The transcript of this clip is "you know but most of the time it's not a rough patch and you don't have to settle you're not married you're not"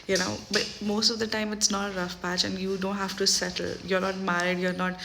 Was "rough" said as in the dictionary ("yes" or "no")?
yes